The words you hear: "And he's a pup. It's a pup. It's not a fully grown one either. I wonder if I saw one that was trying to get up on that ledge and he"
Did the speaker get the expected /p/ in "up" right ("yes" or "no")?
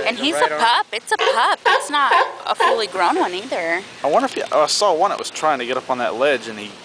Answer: yes